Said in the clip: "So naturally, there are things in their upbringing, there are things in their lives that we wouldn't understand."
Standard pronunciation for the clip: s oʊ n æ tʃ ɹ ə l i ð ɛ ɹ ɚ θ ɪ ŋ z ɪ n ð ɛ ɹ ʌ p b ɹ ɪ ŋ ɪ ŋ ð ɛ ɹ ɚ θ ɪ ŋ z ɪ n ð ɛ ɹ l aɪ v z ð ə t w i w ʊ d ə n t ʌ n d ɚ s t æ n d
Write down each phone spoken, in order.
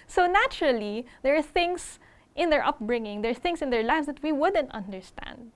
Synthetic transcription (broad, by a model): s oʊ n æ tʃ ɹ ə l i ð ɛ ɹ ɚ θ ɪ ŋ s ɪ n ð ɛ ɹ ʌ p b ɹ ɪ ŋ ɪ ŋ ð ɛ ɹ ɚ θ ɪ ŋ s ɪ n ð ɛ ɹ l aɪ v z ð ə t w i w ʊ d ə n t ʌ n d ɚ s t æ n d